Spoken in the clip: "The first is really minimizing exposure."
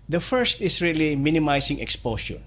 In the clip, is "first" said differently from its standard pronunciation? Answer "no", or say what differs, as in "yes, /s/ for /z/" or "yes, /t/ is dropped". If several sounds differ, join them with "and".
no